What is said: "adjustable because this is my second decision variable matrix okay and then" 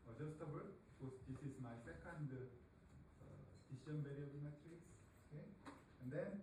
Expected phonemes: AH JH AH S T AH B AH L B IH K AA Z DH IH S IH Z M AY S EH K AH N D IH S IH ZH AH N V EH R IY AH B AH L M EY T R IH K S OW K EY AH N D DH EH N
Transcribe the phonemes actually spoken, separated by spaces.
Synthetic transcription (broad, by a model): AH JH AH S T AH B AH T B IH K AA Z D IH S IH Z M AY S EH K AH N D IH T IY SH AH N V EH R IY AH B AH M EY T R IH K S OW K EY AH N D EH N